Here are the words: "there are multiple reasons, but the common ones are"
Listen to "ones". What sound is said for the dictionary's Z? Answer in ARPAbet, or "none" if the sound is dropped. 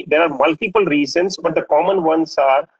S